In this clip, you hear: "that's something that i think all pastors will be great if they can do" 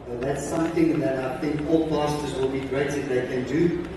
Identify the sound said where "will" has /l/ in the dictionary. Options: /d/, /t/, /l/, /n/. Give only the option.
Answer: /l/